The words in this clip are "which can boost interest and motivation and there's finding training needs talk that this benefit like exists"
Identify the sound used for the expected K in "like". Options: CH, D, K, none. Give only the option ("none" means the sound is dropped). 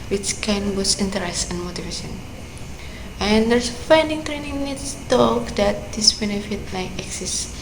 none